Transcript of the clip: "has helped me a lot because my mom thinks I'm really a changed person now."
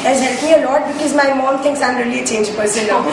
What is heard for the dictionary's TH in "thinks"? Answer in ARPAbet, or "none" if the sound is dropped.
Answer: T